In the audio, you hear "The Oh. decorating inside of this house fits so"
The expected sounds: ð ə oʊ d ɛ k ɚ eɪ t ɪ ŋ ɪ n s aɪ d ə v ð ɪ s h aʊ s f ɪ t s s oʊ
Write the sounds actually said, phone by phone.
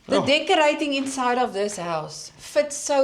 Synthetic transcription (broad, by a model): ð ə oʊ d ɛ k ɚ eɪ t ɪ ŋ ɪ n s aɪ d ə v ð ɪ s h aʊ s f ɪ t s s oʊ